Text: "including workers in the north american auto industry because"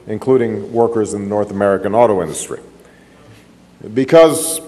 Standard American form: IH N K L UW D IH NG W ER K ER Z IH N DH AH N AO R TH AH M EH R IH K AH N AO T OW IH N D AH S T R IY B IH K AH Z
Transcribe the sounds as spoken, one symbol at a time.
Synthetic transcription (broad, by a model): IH N K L UW D IH NG W ER K ER Z IH N DH AH N AO R TH AH M EH R IH K AH N AO T OW IH N D AH S T R IY B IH K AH Z